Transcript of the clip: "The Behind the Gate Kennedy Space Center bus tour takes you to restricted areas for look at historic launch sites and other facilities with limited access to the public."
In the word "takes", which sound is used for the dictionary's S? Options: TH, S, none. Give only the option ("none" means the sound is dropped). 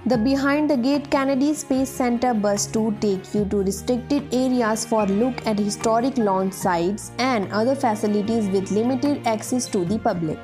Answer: none